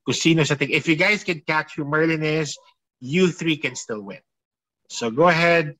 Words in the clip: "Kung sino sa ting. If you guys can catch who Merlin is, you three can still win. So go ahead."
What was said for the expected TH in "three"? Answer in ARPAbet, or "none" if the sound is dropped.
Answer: TH